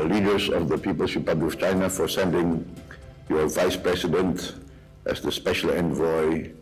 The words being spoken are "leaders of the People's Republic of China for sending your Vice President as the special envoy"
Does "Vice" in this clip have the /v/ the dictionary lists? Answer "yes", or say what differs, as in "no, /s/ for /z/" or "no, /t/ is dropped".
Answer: yes